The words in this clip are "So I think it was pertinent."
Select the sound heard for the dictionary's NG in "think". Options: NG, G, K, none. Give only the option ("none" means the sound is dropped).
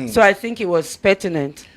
NG